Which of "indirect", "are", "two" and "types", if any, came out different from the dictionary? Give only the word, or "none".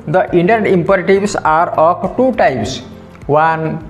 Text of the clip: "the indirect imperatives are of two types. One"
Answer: indirect